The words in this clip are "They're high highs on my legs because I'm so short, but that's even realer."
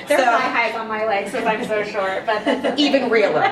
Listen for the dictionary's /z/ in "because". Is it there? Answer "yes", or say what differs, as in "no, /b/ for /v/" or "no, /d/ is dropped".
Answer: no, /z/ is dropped